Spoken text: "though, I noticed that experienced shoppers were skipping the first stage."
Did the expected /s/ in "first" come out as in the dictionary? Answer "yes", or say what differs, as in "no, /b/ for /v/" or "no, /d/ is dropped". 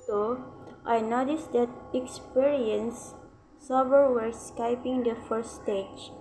no, /s/ is dropped